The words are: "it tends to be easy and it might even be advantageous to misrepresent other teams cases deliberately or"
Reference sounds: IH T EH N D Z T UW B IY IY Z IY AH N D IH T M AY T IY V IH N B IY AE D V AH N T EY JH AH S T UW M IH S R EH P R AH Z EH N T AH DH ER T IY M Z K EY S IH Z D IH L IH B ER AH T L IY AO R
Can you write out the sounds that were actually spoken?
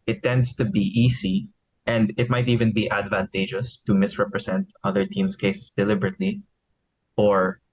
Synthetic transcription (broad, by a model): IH T EH N D S T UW B IY IY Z IY AH N D IH T M AY T IY V IH N B IY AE D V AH N T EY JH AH S T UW M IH S R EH P R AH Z EH N T AH DH ER T IY M S K EY S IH S D IH L IH B ER AH T L IY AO R